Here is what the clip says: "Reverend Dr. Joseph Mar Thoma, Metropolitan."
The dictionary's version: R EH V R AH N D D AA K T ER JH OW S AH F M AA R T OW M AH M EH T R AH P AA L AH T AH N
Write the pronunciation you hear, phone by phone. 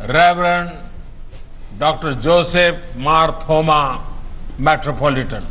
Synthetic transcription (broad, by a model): R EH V R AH N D D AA K T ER JH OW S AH P M AA R T OW M AH M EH T R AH P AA L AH T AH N